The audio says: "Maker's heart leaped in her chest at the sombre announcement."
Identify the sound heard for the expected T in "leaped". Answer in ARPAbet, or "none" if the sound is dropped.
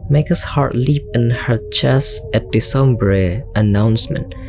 none